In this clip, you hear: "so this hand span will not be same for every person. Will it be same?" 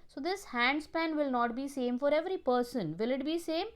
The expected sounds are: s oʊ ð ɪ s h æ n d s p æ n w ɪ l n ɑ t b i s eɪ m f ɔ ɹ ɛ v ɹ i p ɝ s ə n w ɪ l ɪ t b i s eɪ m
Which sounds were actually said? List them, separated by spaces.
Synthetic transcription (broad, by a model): s oʊ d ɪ s h æ n d s p æ n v ɪ l n ɑ t b i s eɪ m f ɔ ɹ ɛ v ɹ i p ɝ s ə n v ɪ l ɪ t b i s eɪ m